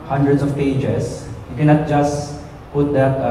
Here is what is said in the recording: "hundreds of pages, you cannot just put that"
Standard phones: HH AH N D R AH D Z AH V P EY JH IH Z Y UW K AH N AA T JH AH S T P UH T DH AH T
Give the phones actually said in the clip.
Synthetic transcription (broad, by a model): HH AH N D R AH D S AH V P EY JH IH S Y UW K AH N AA T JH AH S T P UH T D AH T